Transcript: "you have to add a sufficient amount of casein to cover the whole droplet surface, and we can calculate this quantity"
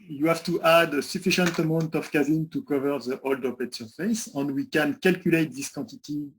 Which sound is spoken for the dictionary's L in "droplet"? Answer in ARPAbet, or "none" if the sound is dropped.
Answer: none